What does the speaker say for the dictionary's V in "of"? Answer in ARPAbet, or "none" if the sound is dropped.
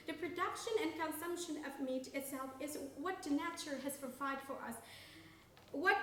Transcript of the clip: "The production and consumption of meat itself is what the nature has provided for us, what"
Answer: V